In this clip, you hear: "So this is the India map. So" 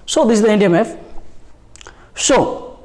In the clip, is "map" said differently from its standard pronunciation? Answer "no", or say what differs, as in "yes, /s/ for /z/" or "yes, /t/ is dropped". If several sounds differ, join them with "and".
yes, /f/ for /p/